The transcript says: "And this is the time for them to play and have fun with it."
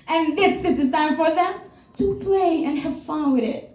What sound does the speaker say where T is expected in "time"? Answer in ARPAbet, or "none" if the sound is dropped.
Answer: S